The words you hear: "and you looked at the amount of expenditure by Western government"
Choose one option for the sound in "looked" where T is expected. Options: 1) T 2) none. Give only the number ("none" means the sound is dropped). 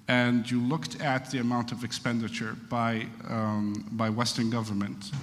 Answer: 1